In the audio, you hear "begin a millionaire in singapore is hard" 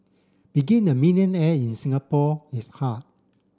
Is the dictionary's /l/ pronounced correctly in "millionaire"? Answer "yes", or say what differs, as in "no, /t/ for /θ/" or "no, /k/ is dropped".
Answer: no, /n/ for /l/